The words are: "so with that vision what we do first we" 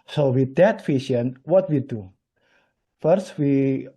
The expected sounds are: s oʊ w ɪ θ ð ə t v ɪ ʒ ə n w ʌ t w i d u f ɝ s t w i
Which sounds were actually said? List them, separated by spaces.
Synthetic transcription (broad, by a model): s oʊ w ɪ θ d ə t f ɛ ʃ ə n w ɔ t w i d u f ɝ s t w i